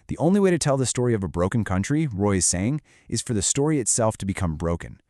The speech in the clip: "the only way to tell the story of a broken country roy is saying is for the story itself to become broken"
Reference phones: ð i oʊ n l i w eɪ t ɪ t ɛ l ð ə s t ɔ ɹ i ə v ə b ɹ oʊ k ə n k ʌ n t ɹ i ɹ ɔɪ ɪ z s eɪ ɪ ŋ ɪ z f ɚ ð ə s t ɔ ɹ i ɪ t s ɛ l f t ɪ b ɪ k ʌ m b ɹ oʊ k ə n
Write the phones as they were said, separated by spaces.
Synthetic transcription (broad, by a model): ð i oʊ n l i w eɪ t ɪ t ɛ l ð ə s t ɔ ɹ i ə v ə b ɹ oʊ k n k ʌ n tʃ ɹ i ɹ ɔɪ ɪ z s eɪ ɪ ŋ ɪ z f ɚ ð ə s t ɔ ɹ i ɪ t s ɛ l f t ɪ b ɪ k ʌ m b ɹ oʊ k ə n